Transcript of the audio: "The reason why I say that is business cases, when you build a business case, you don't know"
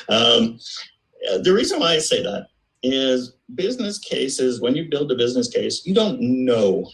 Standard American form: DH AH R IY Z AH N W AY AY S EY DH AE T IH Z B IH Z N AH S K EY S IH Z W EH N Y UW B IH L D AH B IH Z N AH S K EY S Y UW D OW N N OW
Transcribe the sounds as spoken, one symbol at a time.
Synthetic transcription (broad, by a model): DH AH R IY Z AH N W AY AY S EY DH AE T IH Z B IH Z N AH S K EY S IH Z W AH N Y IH B IH L D AH B IH Z N AH S K EY S Y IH D OW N N OW